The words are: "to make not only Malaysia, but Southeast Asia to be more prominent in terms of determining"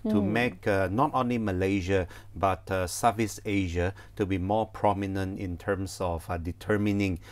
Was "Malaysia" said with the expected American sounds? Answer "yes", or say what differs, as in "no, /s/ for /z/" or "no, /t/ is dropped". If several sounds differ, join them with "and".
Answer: yes